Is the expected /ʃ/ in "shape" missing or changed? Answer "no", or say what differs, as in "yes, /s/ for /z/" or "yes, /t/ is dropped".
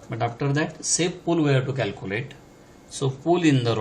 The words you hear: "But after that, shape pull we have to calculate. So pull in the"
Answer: yes, /s/ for /ʃ/